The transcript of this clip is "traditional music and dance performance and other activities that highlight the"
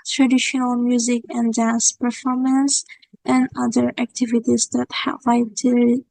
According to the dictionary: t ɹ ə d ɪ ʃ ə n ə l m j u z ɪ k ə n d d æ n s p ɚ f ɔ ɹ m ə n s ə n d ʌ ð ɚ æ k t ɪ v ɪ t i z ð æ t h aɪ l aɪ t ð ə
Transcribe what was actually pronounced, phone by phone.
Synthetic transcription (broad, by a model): t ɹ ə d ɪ ʃ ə n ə l m j u z ɪ k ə n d d æ n s p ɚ f ɔ ɹ m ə n s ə n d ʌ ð ɚ æ k t ɪ v ɪ t i z ð æ t h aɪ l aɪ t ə